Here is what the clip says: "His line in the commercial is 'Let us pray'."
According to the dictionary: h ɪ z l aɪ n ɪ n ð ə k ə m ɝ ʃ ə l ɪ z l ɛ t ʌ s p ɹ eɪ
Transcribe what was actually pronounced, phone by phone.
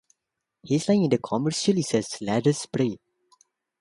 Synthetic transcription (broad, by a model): h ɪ s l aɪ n ɪ n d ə k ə m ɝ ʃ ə l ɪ s l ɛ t ʌ s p ɹ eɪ